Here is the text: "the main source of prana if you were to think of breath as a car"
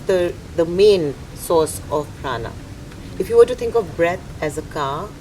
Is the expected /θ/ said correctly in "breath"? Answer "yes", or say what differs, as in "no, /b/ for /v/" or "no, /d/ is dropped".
no, /t/ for /θ/